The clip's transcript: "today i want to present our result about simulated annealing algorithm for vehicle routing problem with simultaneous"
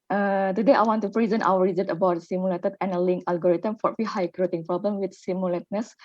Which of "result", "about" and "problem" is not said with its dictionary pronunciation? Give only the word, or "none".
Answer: result